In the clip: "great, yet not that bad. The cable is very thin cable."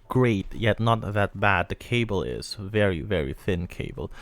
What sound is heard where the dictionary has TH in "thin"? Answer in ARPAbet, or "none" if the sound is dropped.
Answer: TH